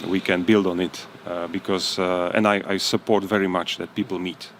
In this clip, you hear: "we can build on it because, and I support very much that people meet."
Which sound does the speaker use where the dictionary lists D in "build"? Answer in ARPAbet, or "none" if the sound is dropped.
D